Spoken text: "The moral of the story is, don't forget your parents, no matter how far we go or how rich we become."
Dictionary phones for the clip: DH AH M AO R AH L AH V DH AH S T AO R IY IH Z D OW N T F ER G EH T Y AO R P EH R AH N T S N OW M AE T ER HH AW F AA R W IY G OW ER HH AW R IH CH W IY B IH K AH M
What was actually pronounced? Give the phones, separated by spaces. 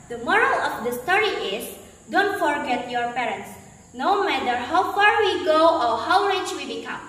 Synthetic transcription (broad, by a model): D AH M AO R AH L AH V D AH S T AO R IY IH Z D OW N T F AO G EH T Y AO R P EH R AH N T S N OW M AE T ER HH AW F AA R W IY G OW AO HH AW L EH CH W IY B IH K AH M